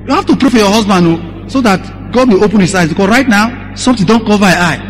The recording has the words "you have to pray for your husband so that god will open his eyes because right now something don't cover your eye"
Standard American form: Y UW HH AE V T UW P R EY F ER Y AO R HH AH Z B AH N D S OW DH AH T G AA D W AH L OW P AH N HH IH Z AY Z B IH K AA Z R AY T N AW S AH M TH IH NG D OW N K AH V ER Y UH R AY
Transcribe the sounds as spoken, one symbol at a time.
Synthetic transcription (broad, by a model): Y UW HH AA F T UW P R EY F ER Y AO HH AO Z B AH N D S OW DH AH T G AA D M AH OW P AH N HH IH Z AY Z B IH K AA S R AY T N AW S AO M T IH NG D OW N K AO V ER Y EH AY